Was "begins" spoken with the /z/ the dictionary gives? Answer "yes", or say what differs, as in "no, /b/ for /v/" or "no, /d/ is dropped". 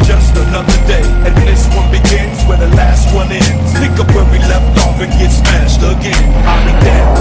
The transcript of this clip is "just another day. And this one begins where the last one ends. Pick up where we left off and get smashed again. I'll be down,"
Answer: yes